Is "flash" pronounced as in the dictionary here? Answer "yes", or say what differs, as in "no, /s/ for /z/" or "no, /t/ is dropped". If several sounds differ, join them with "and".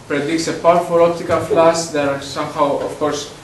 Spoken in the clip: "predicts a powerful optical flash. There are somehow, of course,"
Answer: no, /s/ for /ʃ/